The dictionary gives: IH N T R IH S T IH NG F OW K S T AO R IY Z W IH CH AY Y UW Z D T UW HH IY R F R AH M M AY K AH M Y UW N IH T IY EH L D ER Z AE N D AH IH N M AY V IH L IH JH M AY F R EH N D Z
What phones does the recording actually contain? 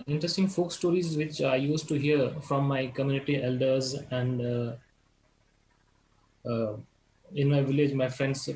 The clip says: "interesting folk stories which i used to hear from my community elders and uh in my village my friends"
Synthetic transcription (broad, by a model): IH N T R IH S T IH NG F OW K S T AO R IY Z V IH CH AY Y UW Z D T UW HH IY R F R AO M M AY K AH M Y UW N IH T IY EH L D ER Z AE N D IH N M AY V IH L IH JH M AY F R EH N D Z